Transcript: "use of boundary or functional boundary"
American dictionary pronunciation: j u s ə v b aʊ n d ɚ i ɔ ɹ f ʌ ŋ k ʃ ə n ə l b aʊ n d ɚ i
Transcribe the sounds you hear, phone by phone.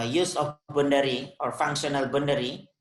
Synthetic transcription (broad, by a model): j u s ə f b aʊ n d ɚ i ɔ ɹ f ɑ ŋ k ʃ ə n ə l b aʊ n d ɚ i